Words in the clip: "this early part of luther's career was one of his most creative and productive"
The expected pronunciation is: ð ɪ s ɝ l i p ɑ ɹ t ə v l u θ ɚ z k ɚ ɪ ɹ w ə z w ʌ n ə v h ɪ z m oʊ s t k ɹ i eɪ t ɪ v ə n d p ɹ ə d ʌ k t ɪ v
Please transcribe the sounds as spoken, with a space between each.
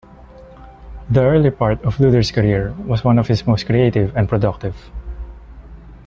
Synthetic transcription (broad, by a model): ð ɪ ɝ l i p ɑ ɹ t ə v l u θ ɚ s k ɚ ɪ ɹ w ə s w ʌ n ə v h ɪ s m oʊ s t k ɹ i eɪ t ɪ v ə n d p ɹ ə d ʌ k t ɪ v